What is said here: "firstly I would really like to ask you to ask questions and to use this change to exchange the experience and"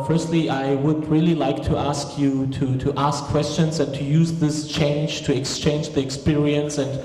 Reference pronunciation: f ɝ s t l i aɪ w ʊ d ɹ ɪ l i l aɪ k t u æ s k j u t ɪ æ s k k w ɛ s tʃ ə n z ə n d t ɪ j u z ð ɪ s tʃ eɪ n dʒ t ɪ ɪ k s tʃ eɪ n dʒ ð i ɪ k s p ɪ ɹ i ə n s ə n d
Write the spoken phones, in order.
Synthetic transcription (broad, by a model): f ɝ s t l i aɪ w ʊ d ɹ ɪ l i l aɪ k t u æ s k j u t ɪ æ s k k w ɛ s tʃ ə n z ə n t ɪ j u z ð ɪ s tʃ eɪ n dʒ t ɪ ɪ k s tʃ eɪ n dʒ ð i ɪ k s p ɪ ɹ i ə n s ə n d